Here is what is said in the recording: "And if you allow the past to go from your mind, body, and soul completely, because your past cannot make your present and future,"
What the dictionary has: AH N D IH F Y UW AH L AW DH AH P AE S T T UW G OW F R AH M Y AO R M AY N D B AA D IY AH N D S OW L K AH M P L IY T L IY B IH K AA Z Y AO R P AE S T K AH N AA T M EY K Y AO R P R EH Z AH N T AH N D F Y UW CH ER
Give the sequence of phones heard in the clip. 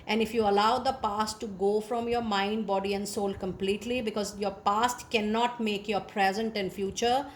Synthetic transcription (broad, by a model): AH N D IH F Y UW AH L AW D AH P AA S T T UW G OW F R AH M Y AO R M AY N D B AA D IY AH N D S OW L K AH M P L IY T L IY B IH K AA Z Y AO R P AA S T K AH N AA T M EY K Y AO R P R EH Z AH N T AH N D F Y UW CH ER